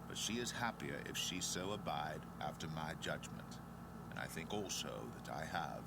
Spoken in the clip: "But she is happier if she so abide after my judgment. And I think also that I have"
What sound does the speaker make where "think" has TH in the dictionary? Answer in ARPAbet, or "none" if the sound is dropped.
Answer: TH